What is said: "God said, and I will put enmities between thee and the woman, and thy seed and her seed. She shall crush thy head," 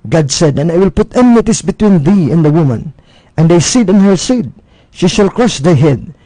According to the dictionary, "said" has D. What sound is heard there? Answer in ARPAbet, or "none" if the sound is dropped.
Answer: D